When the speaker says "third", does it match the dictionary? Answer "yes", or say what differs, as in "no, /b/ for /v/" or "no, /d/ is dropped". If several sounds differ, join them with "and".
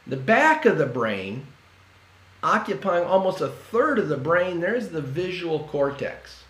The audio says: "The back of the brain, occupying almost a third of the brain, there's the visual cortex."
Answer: yes